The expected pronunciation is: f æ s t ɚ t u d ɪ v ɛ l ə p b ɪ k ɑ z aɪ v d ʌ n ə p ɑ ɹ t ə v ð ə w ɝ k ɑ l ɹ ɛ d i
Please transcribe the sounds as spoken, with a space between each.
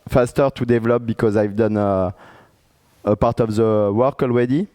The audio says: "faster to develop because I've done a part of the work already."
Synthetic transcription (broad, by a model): f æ s t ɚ t u d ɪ v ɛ l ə p b ɪ k ɑ z aɪ v d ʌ n ə p ɑ ɹ t ə v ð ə w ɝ k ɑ l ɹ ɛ d i